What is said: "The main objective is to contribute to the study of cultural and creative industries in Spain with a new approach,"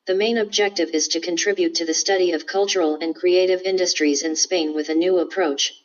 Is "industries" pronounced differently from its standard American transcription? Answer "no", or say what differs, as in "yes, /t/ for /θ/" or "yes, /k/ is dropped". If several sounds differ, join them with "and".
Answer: no